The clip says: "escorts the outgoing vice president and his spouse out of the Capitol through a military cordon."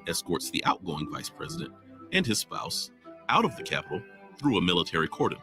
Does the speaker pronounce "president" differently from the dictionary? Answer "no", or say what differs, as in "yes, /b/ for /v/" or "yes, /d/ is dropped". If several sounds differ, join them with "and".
no